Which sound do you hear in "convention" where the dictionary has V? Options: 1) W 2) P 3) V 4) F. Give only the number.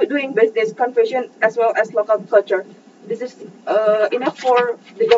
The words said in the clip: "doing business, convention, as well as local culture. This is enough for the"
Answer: 4